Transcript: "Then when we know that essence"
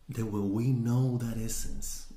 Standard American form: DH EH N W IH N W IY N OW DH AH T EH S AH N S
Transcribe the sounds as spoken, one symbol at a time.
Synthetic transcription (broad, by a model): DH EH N W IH L W IY N OW DH AH T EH S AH N S